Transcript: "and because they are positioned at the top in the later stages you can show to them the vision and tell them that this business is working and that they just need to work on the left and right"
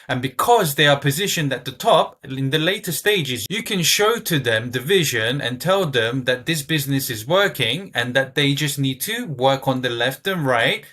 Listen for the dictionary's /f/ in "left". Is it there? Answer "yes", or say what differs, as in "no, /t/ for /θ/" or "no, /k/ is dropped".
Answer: yes